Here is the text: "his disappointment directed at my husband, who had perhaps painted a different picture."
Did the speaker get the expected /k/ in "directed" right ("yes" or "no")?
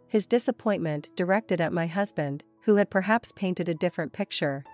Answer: yes